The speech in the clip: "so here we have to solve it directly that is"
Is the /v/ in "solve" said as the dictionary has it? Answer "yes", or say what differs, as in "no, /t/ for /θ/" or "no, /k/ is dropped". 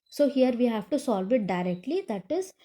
yes